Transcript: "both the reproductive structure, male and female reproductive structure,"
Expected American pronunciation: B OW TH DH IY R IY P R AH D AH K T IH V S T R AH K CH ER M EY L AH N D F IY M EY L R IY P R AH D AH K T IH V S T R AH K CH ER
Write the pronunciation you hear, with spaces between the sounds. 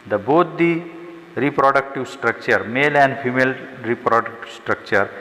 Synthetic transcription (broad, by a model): B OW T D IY R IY P R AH D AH K T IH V S T R AH K CH ER M EY L AH N D P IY M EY L R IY P R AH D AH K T S T R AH K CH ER